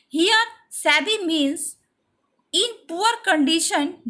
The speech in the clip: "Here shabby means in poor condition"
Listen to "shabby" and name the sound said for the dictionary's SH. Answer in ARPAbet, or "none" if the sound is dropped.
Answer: S